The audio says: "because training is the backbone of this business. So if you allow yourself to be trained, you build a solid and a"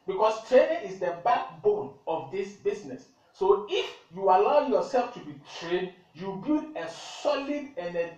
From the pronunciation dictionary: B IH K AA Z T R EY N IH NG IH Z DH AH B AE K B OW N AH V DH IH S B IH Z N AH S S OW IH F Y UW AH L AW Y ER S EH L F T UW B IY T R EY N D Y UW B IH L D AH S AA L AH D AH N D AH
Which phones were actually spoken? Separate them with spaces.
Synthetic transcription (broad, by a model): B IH K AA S T R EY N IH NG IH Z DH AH B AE K B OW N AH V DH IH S B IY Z N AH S S OW IH F Y UW AH L AW Y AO S EH L F T UW B IY T R EY N D Y UW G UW D AH S AA L AH D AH N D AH